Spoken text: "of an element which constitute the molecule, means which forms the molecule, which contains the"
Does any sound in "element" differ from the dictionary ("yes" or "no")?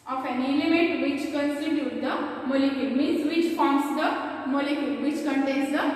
yes